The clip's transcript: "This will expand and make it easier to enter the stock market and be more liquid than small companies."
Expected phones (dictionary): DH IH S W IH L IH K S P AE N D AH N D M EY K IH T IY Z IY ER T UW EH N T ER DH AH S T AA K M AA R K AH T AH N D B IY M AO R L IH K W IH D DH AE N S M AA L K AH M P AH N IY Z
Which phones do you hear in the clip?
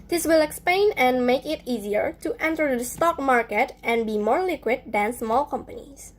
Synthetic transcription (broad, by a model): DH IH S W IH L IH K S P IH N AH N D M EY K IH T IY Z IY ER T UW EH N T ER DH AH S T AA K M AA R K AH T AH N B IY M AO R L IH K W IH D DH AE N S M AA L K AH M P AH N IY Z